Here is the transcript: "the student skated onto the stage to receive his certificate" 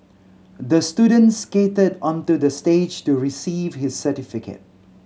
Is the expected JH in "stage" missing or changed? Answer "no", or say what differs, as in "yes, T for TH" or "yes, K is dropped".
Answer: no